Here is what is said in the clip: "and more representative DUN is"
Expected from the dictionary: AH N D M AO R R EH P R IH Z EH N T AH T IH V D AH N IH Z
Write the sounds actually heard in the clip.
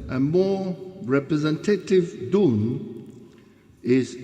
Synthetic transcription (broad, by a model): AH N M AO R R EH P R IH Z EH N T AH T IH V D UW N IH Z